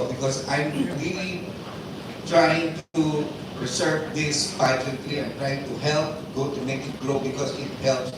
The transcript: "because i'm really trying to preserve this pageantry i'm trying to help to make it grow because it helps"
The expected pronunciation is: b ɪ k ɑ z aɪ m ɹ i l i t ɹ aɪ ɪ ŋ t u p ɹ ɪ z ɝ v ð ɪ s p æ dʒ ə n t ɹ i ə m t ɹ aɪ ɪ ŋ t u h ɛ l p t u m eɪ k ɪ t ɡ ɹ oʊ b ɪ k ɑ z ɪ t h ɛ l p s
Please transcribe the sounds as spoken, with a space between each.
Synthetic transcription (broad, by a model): b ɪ k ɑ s aɪ m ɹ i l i t ɹ aɪ ɪ ŋ t u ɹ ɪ s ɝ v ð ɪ s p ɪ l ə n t l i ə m t ɹ aɪ ɪ ŋ t u h ɛ l p t u m eɪ k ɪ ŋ ɡ ɹ oʊ b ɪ k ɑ s ɪ t h ɛ l p s